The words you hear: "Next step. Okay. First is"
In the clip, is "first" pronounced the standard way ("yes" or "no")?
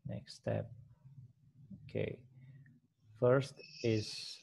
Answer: yes